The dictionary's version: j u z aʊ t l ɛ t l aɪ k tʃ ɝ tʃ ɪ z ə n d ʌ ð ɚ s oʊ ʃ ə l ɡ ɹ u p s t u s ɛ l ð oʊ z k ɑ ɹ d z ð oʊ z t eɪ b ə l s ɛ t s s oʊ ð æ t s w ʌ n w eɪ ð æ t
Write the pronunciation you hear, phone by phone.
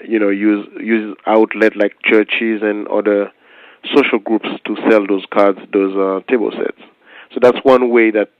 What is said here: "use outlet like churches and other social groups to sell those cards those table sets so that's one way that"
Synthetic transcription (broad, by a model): j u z aʊ t l ɛ t l aɪ k tʃ ɝ tʃ ɪ z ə n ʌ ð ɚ s oʊ ʃ ə l ɡ ɹ u p s t u s ɛ l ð oʊ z k ɑ ɹ d z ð oʊ z t eɪ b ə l s ɛ t s s oʊ ð æ t s w ʌ n w eɪ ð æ t